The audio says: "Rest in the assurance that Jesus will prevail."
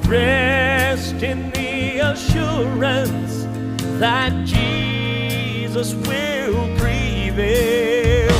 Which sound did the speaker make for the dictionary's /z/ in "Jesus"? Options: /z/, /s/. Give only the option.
/z/